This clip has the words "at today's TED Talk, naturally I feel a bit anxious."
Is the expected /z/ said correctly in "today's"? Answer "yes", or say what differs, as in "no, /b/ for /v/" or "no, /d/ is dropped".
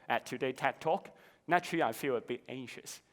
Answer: no, /z/ is dropped